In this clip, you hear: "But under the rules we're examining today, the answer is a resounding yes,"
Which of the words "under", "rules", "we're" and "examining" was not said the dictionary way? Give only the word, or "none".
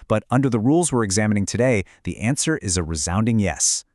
none